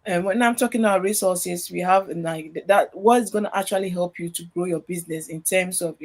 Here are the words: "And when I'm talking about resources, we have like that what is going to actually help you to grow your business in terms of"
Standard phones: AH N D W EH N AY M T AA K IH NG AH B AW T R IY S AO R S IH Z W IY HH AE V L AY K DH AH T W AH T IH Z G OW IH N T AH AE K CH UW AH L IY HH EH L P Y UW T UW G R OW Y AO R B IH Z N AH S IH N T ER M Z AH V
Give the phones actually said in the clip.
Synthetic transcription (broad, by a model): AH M W EH N AY M T AA K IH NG AH B AW T R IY S AO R S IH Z W IY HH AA V N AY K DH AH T W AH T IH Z G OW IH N T AH K CH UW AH L IY HH EH L P Y UW T UW G R OW Y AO B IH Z N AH S IH N T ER M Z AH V